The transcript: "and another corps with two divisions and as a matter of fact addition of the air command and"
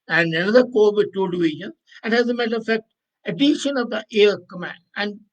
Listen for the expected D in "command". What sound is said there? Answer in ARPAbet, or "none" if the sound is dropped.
none